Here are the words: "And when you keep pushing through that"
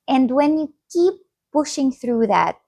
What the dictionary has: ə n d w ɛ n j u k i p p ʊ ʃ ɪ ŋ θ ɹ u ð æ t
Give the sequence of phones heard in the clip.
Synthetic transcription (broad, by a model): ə n d w ɛ n j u k i p p ʊ ʃ ɪ ŋ θ ɹ u ð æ t